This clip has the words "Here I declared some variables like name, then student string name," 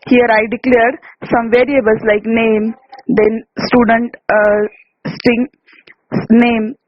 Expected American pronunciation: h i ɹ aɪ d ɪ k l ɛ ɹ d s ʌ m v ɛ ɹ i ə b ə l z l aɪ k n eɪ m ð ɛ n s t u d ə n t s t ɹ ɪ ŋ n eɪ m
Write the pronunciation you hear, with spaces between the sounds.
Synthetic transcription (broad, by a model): h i ɹ aɪ d ɪ k l ɛ ɹ d s ʌ m v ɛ ɹ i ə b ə l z l aɪ k n eɪ m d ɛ n s t u d ə n t s t ɪ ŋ n eɪ m